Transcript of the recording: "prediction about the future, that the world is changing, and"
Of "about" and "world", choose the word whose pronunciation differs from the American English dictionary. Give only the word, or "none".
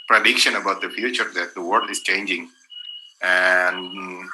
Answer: world